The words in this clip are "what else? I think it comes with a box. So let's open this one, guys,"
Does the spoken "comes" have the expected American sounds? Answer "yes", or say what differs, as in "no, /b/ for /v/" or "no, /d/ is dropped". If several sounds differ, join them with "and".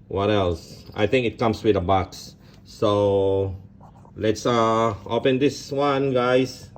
no, /s/ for /z/